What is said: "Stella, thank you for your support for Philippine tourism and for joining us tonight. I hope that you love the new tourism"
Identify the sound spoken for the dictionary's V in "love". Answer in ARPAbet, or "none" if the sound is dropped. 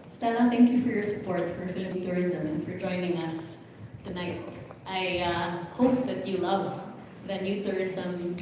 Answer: V